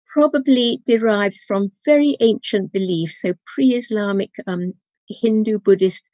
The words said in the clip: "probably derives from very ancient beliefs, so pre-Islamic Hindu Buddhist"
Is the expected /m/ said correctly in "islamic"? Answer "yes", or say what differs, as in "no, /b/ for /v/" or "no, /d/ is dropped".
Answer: yes